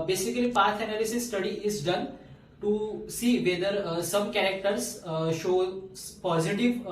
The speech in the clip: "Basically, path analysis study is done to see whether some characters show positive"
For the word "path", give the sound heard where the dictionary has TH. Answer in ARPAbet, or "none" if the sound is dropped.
T